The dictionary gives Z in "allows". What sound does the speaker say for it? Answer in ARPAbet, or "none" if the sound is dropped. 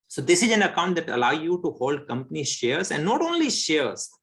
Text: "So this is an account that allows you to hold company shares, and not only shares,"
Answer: none